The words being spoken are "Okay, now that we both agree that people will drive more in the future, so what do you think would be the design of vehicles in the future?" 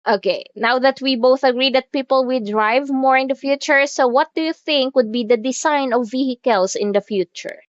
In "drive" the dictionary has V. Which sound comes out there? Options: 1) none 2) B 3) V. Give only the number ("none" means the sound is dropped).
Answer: 3